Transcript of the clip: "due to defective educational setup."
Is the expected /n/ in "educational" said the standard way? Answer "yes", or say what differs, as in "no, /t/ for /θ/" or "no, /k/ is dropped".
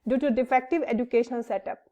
no, /n/ is dropped